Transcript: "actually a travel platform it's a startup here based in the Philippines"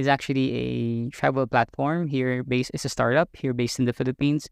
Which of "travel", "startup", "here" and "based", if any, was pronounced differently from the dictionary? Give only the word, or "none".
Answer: none